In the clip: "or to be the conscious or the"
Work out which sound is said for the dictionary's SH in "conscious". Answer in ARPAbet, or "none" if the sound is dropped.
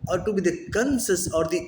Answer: S